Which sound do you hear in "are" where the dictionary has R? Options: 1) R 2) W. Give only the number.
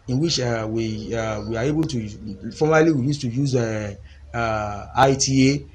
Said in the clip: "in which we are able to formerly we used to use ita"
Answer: 2